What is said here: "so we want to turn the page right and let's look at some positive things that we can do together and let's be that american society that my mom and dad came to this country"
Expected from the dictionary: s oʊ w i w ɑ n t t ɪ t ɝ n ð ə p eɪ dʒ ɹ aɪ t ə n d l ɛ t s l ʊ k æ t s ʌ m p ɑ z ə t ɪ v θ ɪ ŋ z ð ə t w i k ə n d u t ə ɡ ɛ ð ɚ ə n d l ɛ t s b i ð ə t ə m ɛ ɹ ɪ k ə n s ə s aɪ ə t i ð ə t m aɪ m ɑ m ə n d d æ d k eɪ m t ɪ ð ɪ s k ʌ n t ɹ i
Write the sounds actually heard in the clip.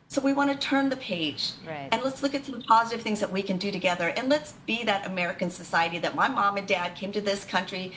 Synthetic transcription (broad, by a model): s oʊ w i w ɑ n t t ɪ t ɝ n ð ə p eɪ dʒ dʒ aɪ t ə n l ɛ t s l ʊ k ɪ t s ʌ m p ɑ z ə t ɪ v θ ɪ ŋ z ð ə t w i k ə n d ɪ t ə ɡ ɛ ð ɚ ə n l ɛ t s b i ð ə t ə m ɛ ɹ ɪ k ə n s ə s aɪ ə t i ð ə t m aɪ m ɑ m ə n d d æ d k eɪ m t ɪ ð ɪ s k ʌ n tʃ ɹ i